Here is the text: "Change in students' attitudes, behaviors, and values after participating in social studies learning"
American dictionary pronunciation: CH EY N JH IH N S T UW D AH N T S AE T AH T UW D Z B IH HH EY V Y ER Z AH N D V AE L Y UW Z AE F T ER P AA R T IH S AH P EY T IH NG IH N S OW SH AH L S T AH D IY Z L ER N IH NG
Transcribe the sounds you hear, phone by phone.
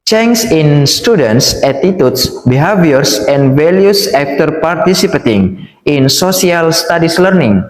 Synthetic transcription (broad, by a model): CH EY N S IH N S T UW D AH N T S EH T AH T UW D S B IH HH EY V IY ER S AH N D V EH L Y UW S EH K T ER P AA R T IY S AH P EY T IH NG IH N S OW S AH L S T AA D IY S L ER N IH NG